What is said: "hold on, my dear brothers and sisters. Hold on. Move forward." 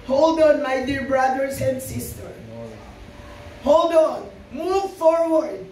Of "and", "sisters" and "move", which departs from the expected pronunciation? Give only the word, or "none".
sisters